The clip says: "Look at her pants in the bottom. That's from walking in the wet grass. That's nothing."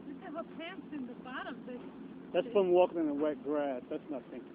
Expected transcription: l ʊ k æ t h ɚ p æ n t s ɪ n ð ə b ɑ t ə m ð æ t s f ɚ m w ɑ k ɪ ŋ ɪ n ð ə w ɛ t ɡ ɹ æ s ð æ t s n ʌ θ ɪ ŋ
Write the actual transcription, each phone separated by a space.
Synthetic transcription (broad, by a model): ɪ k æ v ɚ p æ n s ɪ n ð ə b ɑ t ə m ð æ t s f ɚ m w ɑ k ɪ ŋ ɪ n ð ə w ɛ t ɡ ɹ æ s ð æ t s n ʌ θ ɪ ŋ